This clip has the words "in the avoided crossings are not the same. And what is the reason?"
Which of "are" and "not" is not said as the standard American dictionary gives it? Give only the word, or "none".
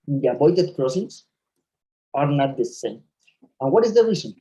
none